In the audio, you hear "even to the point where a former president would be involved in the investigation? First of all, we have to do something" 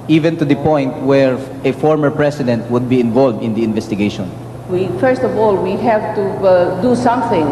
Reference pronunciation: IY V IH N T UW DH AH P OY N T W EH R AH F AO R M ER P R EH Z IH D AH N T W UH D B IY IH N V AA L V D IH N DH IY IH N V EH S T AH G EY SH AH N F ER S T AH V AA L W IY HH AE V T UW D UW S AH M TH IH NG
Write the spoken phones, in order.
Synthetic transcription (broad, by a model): IY V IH N T UW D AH P OY N T W EH R AH F AO R M ER P R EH S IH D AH N T W UH D B IY IH N V AA L V D IH N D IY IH N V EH S T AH G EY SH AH N F ER S T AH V AA L W IY HH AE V T UW D UW S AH M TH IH NG